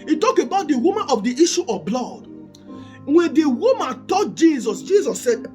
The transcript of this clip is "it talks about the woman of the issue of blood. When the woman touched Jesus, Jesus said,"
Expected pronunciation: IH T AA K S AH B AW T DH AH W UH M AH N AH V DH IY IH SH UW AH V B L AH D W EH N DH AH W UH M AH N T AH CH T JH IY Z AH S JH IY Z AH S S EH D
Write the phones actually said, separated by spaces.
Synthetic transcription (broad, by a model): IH T AA K AH B AW T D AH W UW M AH N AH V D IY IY SH UW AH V B L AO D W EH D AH W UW M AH N T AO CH T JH IY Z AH S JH IY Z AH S S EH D